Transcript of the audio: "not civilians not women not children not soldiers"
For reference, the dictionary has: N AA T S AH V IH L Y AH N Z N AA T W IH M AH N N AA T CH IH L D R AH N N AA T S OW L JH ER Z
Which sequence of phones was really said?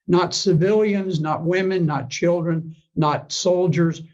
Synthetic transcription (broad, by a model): N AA T S AH V IH L Y AH N Z N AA T W IH M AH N N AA T CH IH L D R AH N N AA T S OW L JH ER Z